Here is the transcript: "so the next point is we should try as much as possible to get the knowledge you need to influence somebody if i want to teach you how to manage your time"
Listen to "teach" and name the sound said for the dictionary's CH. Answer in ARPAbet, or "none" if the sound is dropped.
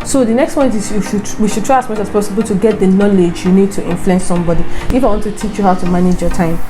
CH